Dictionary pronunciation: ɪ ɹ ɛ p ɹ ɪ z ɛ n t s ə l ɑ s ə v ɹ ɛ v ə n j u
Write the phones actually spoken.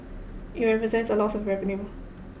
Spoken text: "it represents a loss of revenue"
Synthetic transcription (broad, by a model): ɪ ɹ ɛ p ɹ ɪ z ɛ n t s ə l ɑ s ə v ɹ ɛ p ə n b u